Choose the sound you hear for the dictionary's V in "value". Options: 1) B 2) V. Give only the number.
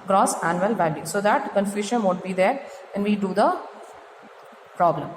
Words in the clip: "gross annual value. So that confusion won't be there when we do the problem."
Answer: 1